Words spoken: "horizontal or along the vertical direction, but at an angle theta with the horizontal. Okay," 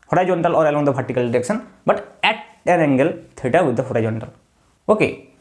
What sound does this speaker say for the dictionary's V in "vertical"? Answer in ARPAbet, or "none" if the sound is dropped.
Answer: P